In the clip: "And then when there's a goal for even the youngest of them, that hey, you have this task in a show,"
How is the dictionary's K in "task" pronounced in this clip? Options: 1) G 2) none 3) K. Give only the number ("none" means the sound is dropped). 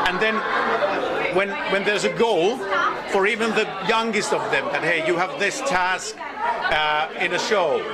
3